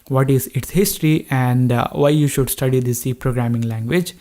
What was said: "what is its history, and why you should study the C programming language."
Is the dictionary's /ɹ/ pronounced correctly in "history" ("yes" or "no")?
yes